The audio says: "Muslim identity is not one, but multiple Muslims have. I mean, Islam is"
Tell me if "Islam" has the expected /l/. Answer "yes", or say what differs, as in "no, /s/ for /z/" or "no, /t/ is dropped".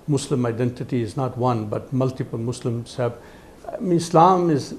yes